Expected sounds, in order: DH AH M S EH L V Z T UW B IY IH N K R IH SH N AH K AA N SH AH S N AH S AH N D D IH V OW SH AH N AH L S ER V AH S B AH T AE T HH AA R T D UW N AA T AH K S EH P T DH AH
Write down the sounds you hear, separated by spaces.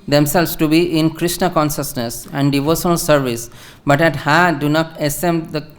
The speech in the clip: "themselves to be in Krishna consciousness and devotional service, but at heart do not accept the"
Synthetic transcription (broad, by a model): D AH M S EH L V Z T UW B IY IH N K R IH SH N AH K AA N SH AH S N AH S AH N D D IH V OW SH AH N AH L S ER V AH S B AH T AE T HH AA D UW N AA T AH S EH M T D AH